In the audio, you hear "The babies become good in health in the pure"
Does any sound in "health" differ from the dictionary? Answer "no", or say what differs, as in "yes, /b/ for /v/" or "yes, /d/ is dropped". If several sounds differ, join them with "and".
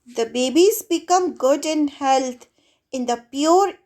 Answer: yes, /t/ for /θ/